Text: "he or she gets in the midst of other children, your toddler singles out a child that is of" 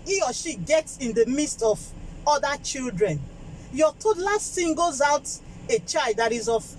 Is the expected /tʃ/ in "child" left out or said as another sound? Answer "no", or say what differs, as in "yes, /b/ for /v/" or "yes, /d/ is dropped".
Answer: no